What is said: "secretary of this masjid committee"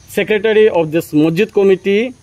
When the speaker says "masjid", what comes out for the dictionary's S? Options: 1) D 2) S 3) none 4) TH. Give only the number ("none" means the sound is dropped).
3